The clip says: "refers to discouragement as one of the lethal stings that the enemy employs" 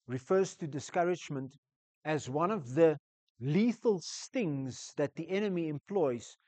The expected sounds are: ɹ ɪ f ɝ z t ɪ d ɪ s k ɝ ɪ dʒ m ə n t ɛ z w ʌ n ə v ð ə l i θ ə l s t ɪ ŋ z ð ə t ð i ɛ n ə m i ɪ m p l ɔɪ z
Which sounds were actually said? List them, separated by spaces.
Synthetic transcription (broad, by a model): ɹ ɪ f ɝ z t ɪ d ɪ s k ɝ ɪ dʒ m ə n t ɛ z w ʌ n ə v ð ə l i θ ə l s t ɪ ŋ z ð ə t ð i ɛ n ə m i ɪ m p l ɔɪ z